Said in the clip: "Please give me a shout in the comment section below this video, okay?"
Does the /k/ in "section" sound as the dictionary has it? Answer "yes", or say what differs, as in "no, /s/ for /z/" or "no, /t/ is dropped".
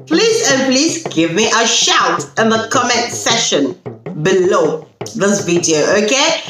no, /k/ is dropped